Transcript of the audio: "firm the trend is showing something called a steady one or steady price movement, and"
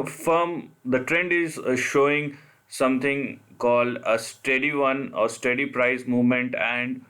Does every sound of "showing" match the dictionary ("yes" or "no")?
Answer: yes